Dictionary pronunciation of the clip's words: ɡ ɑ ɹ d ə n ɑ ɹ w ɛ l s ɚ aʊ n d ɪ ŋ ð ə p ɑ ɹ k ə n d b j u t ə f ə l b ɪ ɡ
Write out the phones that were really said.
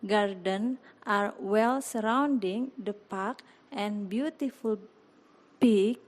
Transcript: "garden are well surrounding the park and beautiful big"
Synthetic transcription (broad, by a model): ɡ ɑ ɹ d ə n ɑ ɹ w ɛ l s ɚ aʊ n d ɪ ŋ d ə p ɑ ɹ k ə n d b j u t ə f ə l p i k